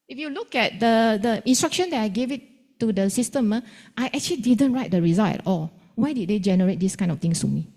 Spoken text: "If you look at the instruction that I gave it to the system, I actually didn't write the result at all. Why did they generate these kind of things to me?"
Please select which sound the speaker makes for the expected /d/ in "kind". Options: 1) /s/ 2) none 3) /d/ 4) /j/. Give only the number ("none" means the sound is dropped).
2